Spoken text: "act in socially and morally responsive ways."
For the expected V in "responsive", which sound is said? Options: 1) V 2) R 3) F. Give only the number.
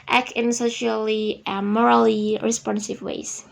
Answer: 1